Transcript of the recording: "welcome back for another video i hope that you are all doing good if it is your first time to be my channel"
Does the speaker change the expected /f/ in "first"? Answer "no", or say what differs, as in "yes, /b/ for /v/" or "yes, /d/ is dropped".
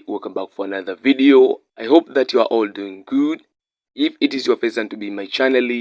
yes, /p/ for /f/